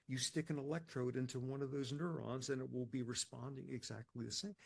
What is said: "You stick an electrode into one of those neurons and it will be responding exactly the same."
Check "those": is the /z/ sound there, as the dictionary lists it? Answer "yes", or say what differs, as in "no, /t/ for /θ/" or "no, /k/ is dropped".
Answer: yes